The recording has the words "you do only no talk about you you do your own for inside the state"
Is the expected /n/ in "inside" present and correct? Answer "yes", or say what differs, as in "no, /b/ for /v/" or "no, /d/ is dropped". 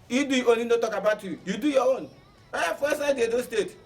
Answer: no, /n/ is dropped